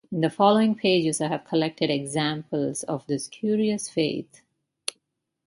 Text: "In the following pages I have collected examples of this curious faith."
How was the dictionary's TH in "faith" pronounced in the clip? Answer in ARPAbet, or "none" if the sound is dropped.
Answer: T